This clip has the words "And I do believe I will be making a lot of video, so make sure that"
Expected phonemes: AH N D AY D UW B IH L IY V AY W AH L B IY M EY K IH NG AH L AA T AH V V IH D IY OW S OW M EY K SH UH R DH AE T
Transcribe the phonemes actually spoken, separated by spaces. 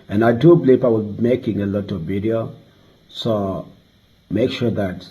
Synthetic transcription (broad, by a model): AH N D AY D UW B L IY P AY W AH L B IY M EY K IH NG AH L AA T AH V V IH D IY OW S OW M EY K SH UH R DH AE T